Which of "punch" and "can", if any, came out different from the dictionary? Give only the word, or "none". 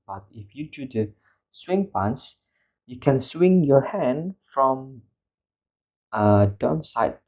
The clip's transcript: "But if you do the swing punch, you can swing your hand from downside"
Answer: punch